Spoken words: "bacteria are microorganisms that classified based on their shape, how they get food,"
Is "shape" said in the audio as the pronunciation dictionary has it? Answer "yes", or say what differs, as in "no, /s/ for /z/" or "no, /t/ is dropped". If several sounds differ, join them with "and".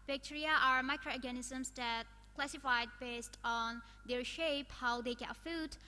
yes